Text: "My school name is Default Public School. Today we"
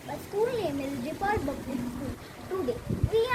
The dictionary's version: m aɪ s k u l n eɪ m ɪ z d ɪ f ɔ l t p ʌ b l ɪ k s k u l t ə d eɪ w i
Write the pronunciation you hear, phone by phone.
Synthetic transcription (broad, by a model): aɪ s k u l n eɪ m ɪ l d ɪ p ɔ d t b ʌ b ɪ s k u l t ə d eɪ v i